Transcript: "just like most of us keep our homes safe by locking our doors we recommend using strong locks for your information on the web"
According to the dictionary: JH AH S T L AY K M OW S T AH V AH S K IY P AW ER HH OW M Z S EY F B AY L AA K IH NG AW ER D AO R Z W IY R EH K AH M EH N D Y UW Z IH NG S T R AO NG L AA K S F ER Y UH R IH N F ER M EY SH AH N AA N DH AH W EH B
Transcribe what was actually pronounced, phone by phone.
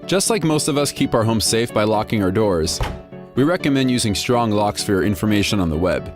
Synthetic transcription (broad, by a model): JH AH S T L AY K M OW S T AH V AH S K IY P AW ER HH OW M S EY F B AY L AA K IH NG AW ER D AO R Z W IY R EH K AH M EH N D Y UW Z IH NG S T R AO NG L AA K S F ER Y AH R IH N F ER M EY SH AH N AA N DH AH W EH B